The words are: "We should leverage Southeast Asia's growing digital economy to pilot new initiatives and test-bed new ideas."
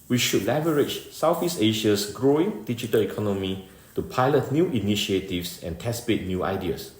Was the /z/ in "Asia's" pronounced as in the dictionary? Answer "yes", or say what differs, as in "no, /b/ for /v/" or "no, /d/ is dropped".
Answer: no, /s/ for /z/